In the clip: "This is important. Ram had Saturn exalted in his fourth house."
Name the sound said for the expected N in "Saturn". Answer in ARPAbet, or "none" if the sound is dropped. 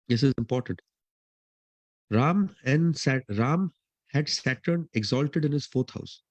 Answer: N